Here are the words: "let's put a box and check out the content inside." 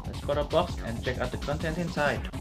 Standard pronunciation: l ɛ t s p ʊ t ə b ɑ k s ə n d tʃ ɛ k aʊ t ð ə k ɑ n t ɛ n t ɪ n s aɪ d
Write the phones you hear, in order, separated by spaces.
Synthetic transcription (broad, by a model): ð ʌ s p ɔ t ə b ɑ k s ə n tʃ ɛ k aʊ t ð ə k ɑ n t ɛ n t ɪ n s aɪ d